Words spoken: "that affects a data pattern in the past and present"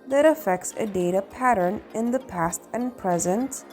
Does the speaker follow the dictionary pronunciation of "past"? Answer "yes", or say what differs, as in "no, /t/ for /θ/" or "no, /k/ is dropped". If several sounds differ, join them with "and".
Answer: yes